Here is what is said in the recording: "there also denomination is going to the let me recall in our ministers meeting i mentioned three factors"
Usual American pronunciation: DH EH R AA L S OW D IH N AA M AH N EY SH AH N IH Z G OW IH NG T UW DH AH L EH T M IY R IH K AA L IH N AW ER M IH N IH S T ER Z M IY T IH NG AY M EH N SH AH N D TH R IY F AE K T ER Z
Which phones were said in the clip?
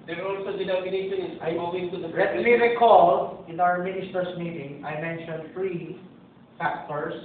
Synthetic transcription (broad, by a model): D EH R AA L S OW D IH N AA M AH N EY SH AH N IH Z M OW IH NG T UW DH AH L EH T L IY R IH K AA L IH N AW ER M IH N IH S T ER S M IY T IH NG AY M EH N SH AH N D F R IY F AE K T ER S